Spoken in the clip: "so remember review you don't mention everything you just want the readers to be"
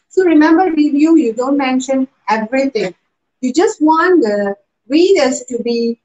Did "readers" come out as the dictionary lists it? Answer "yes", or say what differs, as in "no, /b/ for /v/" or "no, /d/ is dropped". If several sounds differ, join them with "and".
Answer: no, /w/ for /ɹ/